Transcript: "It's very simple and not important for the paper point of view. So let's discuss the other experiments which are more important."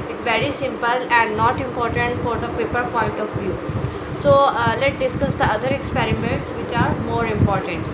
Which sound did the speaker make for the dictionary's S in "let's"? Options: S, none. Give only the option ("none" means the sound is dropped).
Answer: none